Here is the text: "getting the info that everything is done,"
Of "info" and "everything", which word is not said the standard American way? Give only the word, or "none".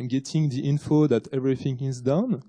none